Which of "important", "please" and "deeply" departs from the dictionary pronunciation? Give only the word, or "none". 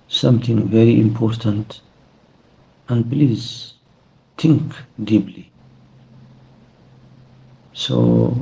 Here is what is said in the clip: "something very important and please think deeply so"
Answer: deeply